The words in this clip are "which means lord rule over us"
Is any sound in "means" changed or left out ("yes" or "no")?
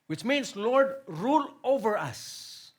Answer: yes